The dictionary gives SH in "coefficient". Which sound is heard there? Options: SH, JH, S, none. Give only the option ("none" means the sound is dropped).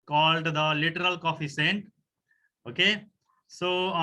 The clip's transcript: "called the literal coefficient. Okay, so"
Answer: S